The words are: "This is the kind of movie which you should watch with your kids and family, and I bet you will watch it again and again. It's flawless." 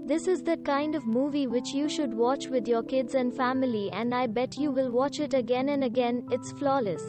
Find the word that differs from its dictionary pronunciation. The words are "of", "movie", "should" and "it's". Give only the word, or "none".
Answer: none